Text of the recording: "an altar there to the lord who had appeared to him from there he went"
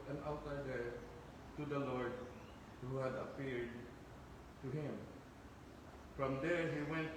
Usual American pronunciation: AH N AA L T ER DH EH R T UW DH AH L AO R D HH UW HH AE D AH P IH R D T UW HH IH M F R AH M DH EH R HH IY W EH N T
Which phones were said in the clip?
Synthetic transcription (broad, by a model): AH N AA W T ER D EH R T UW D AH L AO R D HH UW HH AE D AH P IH R D T UW HH IH M F R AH M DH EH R HH IY W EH N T